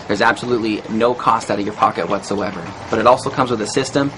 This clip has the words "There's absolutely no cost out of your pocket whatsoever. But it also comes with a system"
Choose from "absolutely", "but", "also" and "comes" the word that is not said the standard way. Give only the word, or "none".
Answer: none